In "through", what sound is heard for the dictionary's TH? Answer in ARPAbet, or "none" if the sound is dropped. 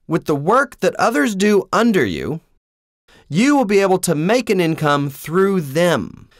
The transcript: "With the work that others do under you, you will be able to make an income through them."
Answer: TH